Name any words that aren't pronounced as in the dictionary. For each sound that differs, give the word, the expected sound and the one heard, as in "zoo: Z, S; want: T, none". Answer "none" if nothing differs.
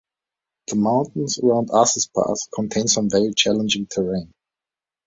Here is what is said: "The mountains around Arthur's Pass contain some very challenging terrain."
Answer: pass: S, TH